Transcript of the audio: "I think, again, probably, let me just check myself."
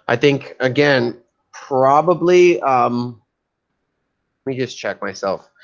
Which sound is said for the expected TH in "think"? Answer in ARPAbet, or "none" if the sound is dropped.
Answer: TH